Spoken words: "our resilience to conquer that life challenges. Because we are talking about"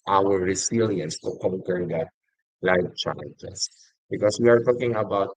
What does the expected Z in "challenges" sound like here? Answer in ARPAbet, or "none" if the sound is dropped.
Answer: S